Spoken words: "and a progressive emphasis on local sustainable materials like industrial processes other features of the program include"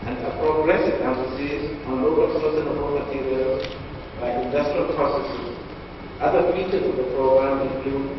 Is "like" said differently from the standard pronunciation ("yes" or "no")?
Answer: yes